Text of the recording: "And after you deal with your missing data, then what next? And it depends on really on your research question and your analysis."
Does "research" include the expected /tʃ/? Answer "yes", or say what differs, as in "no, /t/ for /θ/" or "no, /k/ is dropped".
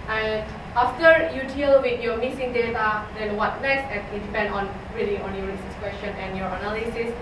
no, /s/ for /tʃ/